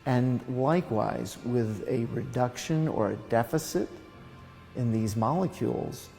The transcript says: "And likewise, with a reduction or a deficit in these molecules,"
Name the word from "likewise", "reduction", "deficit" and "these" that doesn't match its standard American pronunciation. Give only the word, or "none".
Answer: none